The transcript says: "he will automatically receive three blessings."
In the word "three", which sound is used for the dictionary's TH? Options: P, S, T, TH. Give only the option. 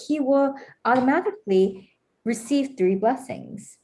TH